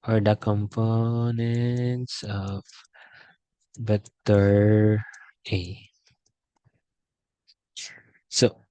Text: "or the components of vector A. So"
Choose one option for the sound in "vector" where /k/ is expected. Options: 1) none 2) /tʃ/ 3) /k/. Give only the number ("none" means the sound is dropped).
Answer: 1